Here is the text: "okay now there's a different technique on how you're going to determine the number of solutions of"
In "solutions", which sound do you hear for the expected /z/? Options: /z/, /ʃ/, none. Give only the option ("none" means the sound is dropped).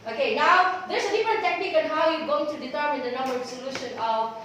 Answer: none